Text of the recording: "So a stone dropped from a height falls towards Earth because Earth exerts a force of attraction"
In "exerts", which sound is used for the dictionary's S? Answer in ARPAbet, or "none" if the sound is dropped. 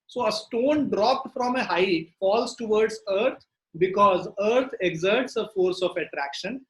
S